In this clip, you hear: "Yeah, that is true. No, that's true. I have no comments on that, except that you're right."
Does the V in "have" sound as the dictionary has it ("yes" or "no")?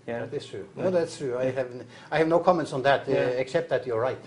yes